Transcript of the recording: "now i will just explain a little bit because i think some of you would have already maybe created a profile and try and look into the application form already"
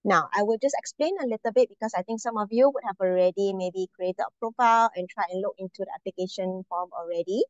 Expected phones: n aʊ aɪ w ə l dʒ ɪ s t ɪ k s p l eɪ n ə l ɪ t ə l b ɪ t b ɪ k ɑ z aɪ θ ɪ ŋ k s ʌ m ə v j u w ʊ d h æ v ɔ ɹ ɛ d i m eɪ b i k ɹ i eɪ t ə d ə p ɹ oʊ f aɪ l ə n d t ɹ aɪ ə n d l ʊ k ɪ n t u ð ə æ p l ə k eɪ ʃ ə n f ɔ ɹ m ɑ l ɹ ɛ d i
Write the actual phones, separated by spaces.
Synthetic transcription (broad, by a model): n aʊ aɪ w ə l dʒ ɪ s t ɪ k s p l eɪ n ə l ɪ t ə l b ɪ t b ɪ k ɑ s aɪ t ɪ ŋ k s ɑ m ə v j u w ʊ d h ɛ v ɔ ɹ ɛ d i m eɪ b i k ɹ i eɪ t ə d ə p ɹ oʊ f aɪ l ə n t ɹ aɪ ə n l ʊ k ɪ n t u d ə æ p l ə k eɪ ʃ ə n f ɔ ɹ m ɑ l ɹ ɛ d i